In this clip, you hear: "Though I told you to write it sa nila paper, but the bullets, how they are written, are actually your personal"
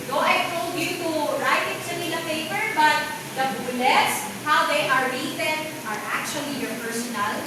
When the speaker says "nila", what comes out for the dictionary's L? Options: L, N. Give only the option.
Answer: N